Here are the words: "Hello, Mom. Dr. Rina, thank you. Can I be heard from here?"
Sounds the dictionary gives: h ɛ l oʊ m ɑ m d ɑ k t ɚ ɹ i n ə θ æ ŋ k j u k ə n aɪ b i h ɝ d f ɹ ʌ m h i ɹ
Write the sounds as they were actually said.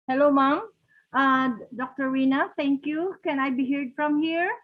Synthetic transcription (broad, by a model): h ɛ l oʊ m ɑ m d ɑ k t ɚ w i n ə t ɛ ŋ k j u k ə n aɪ b i h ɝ d f ɹ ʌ m h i ɹ